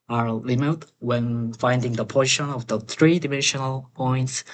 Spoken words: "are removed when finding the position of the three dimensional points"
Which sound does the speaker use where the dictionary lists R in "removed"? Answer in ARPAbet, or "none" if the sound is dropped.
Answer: L